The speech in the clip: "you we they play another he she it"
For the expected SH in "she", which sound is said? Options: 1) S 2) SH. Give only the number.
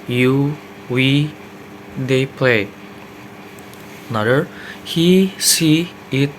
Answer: 1